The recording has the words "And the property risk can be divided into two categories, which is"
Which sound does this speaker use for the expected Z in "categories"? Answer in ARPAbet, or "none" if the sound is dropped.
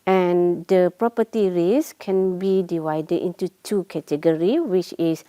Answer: none